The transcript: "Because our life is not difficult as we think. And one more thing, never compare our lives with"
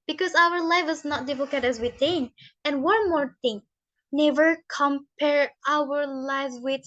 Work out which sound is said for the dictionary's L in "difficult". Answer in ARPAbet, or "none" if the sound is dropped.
none